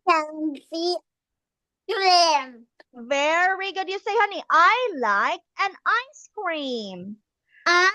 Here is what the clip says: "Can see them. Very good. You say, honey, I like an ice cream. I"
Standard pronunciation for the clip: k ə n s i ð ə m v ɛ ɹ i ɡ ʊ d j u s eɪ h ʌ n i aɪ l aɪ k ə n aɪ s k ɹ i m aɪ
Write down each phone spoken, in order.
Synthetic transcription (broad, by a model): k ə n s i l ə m v ɛ ɹ i ɡ ʊ d j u s eɪ h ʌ n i aɪ l aɪ k ə n aɪ s k ɹ i m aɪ